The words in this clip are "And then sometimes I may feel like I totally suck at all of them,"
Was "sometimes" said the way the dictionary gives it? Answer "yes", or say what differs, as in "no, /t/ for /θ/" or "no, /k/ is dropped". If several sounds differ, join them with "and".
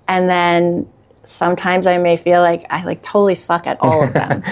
yes